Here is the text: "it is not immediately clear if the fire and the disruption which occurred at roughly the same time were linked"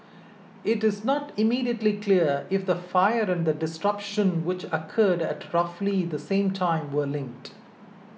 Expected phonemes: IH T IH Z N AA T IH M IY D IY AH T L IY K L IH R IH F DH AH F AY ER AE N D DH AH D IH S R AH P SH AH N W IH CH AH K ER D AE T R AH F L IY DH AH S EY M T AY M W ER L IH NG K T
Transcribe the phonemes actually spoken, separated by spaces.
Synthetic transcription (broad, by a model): IH T IH Z N AA T IH M IY D IY AH T L IY K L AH R IH F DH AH F AY ER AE N D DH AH D IH S R AH P SH AH N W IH CH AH K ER D AE T R AH F L IY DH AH S EY M T AY M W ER L IH NG K T